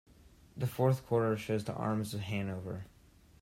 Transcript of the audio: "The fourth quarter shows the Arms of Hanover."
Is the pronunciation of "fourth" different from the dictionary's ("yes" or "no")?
no